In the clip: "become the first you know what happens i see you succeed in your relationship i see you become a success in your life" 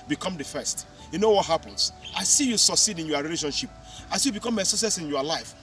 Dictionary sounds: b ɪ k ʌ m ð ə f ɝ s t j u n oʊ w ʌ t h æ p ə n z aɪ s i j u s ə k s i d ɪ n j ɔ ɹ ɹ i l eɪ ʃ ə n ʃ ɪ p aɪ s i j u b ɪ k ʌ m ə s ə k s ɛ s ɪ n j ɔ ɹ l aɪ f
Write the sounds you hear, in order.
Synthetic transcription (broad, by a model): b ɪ k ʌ m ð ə f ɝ s t j u n oʊ w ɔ t h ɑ p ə n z aɪ s i j u s ə k s i d ɪ n j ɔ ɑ ɹ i l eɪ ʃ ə n ʃ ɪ p aɪ s i j u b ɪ k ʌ m ə s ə s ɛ s ɪ n j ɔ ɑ l aɪ f